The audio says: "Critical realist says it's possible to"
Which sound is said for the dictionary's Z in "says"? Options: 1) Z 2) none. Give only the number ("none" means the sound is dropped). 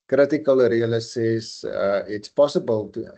2